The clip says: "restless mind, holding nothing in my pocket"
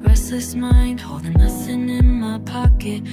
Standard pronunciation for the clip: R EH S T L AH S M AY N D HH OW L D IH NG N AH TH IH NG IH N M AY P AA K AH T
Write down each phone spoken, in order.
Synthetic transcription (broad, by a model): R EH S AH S M AY N D HH OW L D IH NG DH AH S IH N IH N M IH P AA K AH T